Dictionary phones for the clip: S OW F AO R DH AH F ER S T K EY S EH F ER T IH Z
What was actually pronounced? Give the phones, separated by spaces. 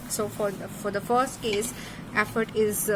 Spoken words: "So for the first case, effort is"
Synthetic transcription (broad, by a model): S OW F AO R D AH F ER S T K EY S EH F ER T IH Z